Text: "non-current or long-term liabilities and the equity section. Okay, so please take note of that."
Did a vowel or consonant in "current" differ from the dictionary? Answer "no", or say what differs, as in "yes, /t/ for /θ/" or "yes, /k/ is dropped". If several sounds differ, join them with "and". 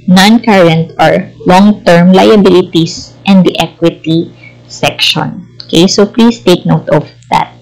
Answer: no